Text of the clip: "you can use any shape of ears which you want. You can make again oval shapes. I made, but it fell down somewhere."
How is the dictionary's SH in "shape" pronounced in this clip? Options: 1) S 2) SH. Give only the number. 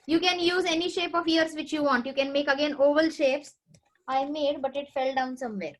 2